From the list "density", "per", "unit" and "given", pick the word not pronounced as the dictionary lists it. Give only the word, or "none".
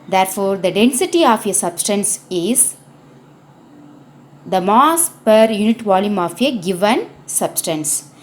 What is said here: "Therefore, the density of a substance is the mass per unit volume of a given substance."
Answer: none